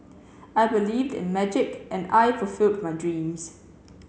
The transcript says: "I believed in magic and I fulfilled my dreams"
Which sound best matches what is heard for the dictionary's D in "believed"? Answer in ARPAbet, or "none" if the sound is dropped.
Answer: D